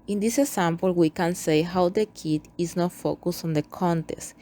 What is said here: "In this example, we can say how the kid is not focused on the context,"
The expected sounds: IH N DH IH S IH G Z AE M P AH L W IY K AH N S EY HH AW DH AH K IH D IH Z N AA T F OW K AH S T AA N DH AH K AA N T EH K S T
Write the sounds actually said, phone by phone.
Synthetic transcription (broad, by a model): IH N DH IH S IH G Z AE M P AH L W IY K AH N S EY HH AW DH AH K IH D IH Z N AA T F OW K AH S AA N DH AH K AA N T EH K S T